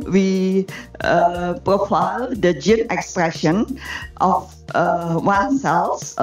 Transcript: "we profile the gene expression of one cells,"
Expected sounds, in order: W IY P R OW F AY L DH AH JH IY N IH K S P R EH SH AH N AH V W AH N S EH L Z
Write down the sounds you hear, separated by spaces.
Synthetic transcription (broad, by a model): W IY P R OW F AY L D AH JH IY N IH K S P R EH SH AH N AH F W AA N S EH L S